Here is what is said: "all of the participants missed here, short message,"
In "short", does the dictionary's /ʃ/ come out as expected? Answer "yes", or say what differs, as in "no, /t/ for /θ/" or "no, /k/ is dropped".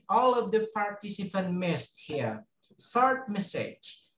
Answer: no, /s/ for /ʃ/